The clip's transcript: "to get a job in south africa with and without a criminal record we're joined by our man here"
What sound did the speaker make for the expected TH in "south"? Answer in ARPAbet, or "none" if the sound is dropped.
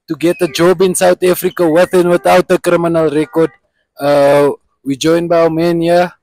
T